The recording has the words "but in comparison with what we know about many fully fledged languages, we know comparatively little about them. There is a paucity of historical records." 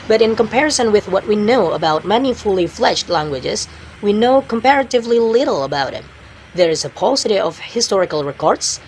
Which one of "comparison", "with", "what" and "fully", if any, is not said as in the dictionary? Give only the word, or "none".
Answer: none